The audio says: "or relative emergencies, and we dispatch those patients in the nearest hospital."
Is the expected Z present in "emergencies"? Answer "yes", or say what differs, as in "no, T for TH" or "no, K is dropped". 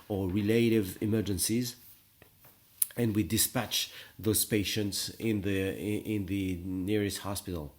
yes